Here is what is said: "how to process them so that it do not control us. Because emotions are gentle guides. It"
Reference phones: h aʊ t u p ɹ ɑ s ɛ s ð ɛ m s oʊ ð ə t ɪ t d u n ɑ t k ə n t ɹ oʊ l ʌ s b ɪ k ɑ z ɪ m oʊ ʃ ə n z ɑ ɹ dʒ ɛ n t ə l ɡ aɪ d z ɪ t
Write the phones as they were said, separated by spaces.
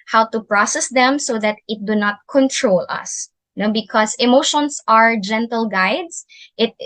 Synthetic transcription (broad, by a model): h aʊ t u p ɹ ɑ s ɛ s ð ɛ m s oʊ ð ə t ɪ t d u n ɑ t k ə n t ɹ oʊ l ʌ s b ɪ k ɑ s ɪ m oʊ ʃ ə n s ɑ ɹ dʒ ɛ n t ə l ɡ aɪ d s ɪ t